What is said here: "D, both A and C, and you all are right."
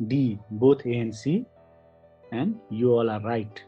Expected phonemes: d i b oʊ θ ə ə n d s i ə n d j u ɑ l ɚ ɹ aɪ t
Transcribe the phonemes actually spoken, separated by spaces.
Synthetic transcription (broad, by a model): d i b oʊ t ə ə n s i ə n d j u ɑ l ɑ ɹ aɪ t